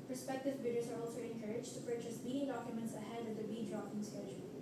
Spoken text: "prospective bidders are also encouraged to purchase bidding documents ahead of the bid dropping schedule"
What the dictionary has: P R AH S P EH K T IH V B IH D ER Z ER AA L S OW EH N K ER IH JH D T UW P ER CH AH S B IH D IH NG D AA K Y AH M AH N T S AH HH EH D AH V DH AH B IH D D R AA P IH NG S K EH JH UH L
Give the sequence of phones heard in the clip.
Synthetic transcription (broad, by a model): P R S P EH K T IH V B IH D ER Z ER AA L S OW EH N K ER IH JH T UW P ER CH AH S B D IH D AA K Y AH M AH N T S AH HH EH D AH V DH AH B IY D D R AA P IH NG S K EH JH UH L